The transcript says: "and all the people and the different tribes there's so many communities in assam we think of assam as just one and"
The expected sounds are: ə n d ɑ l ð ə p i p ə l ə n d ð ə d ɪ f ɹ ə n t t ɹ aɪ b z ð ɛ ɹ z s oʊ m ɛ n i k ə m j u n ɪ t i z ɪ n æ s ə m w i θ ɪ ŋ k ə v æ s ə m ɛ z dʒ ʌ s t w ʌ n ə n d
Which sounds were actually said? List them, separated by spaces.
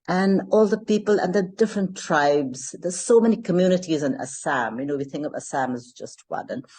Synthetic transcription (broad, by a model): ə n ɑ l ð ə p i p ə l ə n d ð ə d ɪ f ɹ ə n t t ɹ aɪ b z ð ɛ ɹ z s oʊ m ɛ n i k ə m j u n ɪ t i z ɪ n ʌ s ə m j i θ ɪ ŋ k ə v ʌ s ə m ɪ z dʒ ʌ s t w ʌ n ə n